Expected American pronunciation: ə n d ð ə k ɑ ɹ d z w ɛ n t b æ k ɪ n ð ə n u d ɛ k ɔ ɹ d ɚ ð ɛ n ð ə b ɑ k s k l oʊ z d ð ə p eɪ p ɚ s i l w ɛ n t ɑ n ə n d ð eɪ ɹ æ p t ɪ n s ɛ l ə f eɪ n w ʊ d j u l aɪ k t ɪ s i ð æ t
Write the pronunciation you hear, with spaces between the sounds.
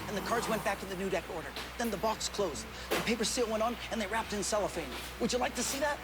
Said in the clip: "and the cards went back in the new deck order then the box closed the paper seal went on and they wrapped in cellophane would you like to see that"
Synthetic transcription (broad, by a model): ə n ð ə k ɑ ɹ d z w ɛ n b æ k ɪ n ð ə n u d ɛ k ɔ ɹ d ɚ ð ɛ n ð ə b ɑ k s k l oʊ z d ð ə p eɪ p ɚ s i l w ɛ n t n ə n ð eɪ ɹ æ p t ɪ n s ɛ l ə f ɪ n w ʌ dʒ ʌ l aɪ k t ɪ s i ð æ t